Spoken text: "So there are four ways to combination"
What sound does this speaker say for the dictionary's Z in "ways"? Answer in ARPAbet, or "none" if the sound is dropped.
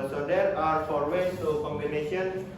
none